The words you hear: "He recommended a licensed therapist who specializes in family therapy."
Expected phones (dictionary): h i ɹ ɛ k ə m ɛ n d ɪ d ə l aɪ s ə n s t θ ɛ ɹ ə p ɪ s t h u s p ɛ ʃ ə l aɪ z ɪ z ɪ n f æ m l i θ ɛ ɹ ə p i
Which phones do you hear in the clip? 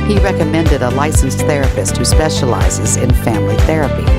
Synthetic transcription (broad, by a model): h i ɹ ɛ k ə m ɛ n d ɪ d ə l aɪ s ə n s θ ɛ ɹ ə p ɪ s t h u s p ɛ ʃ ə l aɪ z ɪ z ɪ n f æ m l i θ ɛ ɹ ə p i